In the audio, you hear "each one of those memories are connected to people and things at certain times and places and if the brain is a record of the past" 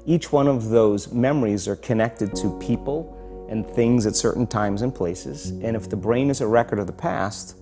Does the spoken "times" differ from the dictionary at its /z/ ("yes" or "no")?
no